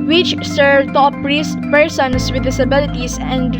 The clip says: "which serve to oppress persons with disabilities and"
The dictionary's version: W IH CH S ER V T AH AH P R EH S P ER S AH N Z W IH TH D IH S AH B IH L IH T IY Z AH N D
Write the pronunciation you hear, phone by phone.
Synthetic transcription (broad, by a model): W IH CH S ER V T AH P R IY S P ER S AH N S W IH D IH S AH B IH L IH T IY S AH N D